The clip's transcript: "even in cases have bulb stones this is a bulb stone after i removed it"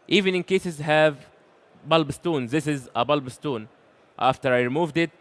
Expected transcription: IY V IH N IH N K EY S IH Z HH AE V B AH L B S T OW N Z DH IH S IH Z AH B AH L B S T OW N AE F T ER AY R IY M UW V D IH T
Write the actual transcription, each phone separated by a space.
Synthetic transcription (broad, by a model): IY V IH N IH N K EY S IH Z HH AE V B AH L B S T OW N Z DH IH S IH Z AH B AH L B S T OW N AE F T ER AY R IY M UW V D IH T